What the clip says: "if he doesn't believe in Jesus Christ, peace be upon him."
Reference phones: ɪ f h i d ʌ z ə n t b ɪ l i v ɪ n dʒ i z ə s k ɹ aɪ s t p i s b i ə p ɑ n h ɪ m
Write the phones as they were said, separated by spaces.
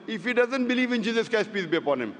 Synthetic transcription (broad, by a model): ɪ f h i d ʌ z ə n t b ɪ l i v ɪ n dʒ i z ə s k aɪ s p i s b i ə p ɑ n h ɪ m